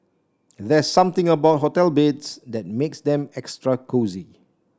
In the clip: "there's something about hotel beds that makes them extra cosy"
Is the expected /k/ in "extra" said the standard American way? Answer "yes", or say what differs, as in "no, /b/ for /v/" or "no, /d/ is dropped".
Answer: yes